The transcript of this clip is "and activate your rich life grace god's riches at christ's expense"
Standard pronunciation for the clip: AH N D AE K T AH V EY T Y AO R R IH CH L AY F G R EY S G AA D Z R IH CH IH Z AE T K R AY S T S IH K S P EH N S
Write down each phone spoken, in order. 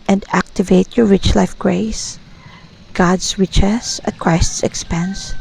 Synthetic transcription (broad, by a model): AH N D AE K T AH V EY T Y AO R R IH CH L AY F G R EY S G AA D S R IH CH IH S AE T K R AY S T S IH K S P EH N S